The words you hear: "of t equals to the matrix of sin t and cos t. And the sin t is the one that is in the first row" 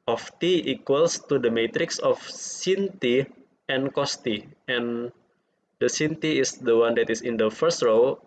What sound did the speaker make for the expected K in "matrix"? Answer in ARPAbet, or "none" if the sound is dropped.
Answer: K